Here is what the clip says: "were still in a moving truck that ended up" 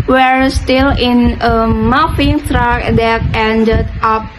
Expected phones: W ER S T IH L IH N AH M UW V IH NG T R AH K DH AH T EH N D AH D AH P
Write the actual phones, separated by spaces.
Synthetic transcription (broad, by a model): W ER S T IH L IH N AH M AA F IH NG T R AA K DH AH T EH N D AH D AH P